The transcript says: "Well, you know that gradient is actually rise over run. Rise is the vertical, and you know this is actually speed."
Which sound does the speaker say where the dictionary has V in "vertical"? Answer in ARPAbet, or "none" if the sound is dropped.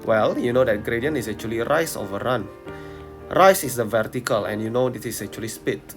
V